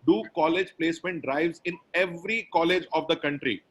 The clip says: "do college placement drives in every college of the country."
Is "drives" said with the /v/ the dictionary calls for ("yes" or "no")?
yes